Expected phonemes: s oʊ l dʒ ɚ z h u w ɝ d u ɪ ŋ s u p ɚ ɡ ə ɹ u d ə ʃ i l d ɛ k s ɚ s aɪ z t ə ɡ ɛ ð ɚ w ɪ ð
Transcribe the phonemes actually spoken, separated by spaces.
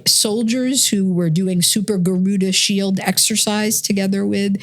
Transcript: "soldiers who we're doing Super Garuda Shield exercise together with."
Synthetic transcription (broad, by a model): s oʊ l dʒ ɚ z h u w ɝ d u ɪ ŋ s u p ɚ ɡ ə ɹ u d ə ʃ i l d ɛ k s ɚ s aɪ z t ə ɡ ɛ ð ɚ w ɪ ð